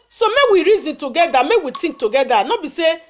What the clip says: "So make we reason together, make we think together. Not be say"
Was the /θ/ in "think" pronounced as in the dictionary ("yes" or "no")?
no